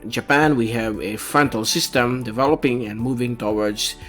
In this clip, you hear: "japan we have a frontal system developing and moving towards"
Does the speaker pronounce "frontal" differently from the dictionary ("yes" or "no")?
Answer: no